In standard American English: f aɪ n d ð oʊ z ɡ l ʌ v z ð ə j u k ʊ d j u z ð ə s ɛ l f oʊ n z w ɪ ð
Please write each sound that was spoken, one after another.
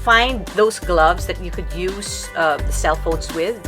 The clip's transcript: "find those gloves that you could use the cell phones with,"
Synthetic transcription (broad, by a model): f aɪ n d ð oʊ z ɡ l ʌ v z ð ə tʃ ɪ k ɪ d j u z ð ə s ɛ l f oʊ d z w ɪ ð